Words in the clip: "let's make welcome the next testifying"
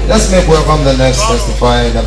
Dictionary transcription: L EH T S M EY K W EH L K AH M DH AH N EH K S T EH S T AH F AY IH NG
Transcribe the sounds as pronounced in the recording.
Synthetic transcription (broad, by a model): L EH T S M EY K W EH K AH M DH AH N EH K S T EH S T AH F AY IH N